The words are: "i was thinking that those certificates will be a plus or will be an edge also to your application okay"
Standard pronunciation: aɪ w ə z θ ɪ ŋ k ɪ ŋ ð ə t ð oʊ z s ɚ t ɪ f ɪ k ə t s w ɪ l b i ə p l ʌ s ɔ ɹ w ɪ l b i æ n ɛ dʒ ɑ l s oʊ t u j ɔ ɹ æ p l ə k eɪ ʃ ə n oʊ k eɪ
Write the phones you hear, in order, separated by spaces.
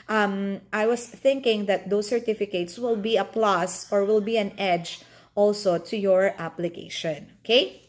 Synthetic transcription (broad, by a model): aɪ w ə s θ ɪ ŋ k ɪ ŋ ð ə t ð oʊ s ɚ t ɪ f ɪ k ə t s w ɪ l b i ə p l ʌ s ɔ ɹ w ɪ l b i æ n ɛ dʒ ɑ l s oʊ t u j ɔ ɹ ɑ p l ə k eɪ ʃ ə n oʊ k eɪ